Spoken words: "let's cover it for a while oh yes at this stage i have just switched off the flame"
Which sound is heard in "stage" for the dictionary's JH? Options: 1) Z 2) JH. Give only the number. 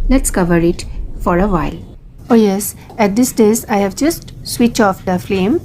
1